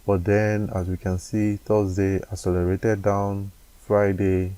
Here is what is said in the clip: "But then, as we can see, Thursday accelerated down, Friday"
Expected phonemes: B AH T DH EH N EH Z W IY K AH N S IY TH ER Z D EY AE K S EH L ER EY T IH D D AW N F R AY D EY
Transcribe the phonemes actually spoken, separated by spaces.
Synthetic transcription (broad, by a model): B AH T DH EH N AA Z W IY K AH N S IY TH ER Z D EY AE S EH L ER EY T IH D D AW N F R AY D EY